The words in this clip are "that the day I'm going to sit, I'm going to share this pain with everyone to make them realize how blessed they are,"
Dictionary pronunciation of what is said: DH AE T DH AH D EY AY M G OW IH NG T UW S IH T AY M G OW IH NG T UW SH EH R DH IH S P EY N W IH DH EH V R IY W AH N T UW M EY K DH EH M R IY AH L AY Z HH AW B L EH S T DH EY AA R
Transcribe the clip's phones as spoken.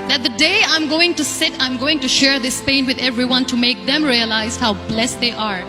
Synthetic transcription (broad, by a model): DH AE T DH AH D EY AY M G OW IH NG T UW S IH T AY M G OW IH NG T UW SH EH R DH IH S P EY N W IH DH EH V R IY W AH N T UW M EY K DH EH M R IY AH L AY Z HH AW B L EH S T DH EY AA R